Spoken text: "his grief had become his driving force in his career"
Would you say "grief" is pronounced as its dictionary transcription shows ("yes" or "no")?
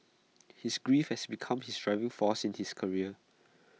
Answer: yes